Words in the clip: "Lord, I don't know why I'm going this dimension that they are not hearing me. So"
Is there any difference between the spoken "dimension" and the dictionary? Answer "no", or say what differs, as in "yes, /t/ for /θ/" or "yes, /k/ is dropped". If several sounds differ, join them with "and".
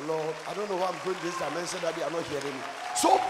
yes, /s/ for /ʃ/